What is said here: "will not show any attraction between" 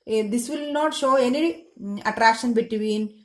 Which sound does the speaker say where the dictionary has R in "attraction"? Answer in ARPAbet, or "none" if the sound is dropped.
R